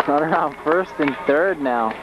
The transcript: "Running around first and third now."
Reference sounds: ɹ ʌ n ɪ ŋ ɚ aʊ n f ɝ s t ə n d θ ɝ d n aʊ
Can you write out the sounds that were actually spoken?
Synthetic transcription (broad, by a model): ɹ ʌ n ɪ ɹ aʊ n f ɝ s t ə n θ ɝ d n aʊ